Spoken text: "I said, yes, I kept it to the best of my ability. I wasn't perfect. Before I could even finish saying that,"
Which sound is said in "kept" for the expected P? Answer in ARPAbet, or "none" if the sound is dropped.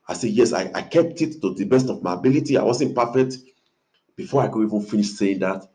P